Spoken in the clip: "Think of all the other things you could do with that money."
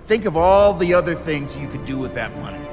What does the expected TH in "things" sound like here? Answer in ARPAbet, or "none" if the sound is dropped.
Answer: TH